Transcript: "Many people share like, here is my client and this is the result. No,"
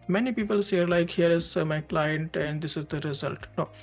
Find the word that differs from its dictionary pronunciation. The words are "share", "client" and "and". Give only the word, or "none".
share